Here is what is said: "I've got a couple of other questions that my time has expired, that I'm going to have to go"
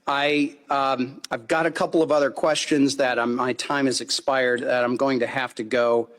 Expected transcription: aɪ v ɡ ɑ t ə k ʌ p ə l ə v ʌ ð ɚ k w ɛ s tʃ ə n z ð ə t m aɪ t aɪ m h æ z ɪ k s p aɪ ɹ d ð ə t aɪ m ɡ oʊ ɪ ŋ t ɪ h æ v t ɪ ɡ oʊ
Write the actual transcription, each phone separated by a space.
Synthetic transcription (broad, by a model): aɪ v ɡ ɑ t ə k ʌ p l ə v ʌ ð ɚ k w ɛ s tʃ ə n z ð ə t m aɪ t aɪ m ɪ z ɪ k s p aɪ ɹ d ð ə t aɪ m ɡ oʊ ɪ ŋ t ɪ h æ f t ɪ ɡ oʊ